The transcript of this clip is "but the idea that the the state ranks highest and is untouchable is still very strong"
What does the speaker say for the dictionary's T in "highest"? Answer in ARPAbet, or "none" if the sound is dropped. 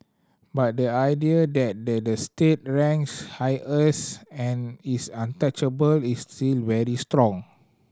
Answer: none